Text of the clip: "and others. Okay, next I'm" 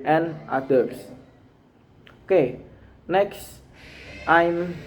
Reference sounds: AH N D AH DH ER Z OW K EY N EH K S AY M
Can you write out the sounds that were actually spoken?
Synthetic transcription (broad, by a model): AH N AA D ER S OW K EY N EH K S AY M